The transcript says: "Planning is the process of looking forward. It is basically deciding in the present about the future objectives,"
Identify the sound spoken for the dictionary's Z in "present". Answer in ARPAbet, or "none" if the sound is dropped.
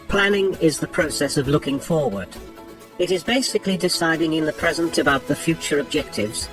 Z